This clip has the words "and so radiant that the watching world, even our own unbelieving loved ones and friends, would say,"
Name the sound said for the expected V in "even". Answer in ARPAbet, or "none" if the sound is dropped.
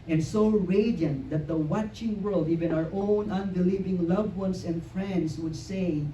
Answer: V